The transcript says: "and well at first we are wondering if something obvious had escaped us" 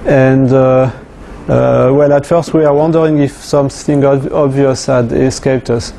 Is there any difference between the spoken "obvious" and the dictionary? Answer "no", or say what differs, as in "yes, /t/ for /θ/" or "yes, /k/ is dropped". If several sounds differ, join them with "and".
no